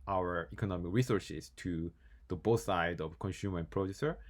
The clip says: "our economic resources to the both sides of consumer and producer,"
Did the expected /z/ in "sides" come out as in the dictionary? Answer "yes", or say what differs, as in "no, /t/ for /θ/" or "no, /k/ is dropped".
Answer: no, /z/ is dropped